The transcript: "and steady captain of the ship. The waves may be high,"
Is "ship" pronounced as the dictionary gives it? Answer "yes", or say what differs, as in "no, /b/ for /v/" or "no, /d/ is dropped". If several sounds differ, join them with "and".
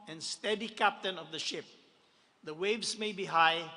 yes